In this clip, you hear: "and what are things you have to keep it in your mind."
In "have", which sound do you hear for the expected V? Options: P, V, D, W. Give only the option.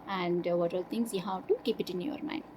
W